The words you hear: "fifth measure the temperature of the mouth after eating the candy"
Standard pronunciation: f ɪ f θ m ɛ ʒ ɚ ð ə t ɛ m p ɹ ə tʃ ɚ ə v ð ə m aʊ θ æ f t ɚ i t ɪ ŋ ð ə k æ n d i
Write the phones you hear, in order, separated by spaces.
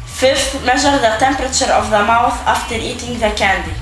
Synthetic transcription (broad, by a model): f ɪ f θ m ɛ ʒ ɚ ð ə t ɛ m p ɹ ə tʃ ɚ ə v ð ə m aʊ θ æ f t ɚ i t ɪ ŋ ð ə k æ n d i